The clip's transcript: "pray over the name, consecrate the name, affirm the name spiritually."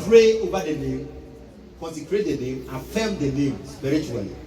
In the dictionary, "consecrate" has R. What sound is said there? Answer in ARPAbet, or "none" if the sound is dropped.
R